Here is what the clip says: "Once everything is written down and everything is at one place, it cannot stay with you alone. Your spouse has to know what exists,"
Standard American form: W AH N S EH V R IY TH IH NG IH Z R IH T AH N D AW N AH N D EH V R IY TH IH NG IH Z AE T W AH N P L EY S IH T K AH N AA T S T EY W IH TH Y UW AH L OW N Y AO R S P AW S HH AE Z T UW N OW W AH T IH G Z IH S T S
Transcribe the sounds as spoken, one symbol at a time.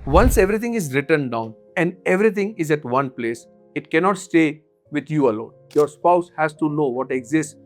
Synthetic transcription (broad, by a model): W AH N S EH V R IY T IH NG IH Z R IH T AH N D AW N AH N D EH V R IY T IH NG IH Z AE T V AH N P L EY S IH T K AH N AA T S T EY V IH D Y UW AH L OW N Y AO R S P AW S HH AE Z T UW N OW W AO T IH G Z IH S T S